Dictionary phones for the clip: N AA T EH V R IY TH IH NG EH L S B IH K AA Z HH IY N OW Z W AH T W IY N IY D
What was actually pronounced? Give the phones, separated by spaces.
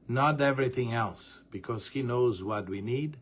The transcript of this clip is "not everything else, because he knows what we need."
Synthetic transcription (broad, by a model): N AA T EH V R IY TH IH NG EH L S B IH K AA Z HH IY N OW Z W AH T W IY N IY D